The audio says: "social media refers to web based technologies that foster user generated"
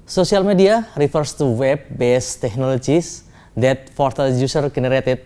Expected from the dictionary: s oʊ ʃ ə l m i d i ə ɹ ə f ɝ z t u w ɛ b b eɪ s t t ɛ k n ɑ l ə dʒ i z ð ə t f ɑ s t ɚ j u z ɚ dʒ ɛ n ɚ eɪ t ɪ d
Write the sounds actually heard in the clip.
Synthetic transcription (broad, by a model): s oʊ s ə l m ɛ d i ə ɹ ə f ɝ s t u w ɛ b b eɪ s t t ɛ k n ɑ l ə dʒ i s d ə t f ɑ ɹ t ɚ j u s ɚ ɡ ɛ n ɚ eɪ t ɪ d